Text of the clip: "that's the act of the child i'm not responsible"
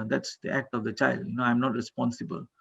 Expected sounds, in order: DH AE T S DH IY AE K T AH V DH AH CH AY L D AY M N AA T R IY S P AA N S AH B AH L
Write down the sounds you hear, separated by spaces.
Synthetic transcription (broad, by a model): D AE T S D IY AE K T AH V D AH CH AY L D AY M N AA T R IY S P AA N S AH B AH L